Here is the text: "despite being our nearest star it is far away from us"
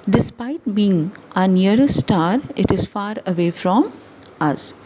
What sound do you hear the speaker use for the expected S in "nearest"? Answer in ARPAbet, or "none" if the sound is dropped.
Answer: none